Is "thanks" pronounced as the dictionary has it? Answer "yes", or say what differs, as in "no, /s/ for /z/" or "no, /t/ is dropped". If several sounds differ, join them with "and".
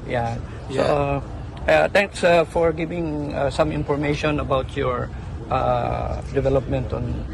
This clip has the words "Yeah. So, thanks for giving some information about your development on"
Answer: no, /t/ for /θ/